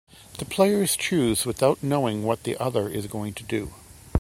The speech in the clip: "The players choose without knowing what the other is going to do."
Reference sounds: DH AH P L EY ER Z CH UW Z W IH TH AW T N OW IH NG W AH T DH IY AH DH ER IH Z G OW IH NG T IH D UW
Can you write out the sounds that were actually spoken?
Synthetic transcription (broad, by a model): DH AH P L EY ER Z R UW Z W IH TH AW T N OW IH NG W AH T DH IY AH DH ER IH Z G OW IH NG T IH D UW